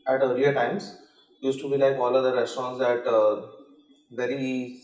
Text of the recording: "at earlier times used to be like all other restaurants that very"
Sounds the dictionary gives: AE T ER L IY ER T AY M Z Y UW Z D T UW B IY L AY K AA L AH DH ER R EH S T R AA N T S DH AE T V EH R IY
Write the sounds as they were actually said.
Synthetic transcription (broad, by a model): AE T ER IY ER T AY M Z Y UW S T UW B IY L AY K AA L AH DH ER R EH S T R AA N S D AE T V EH R IY